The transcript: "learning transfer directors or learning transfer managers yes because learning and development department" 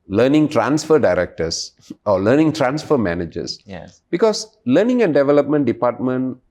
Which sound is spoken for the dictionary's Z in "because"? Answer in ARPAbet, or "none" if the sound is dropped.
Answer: S